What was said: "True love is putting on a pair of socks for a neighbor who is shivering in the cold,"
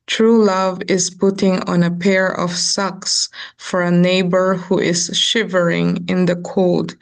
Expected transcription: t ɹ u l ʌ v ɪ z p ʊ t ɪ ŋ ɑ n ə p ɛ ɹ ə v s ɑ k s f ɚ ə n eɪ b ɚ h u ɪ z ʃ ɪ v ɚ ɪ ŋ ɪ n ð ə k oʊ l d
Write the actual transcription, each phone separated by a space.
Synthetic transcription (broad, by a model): t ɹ u l ʌ v ɪ z p ʊ t ɪ ŋ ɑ n ə p ɛ ɹ ə v s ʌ k s f ɚ ə n eɪ b ɚ h u ɪ z ʃ ɪ v ɚ ɪ ŋ ɪ n ð ə k oʊ l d